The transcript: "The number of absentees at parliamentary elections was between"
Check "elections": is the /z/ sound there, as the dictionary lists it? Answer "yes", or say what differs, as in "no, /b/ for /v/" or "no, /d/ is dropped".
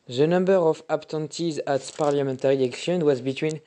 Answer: no, /z/ is dropped